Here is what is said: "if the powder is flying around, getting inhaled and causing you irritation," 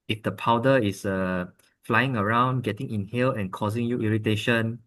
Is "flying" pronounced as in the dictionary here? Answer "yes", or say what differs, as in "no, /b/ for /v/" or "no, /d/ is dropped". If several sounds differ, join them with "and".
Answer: yes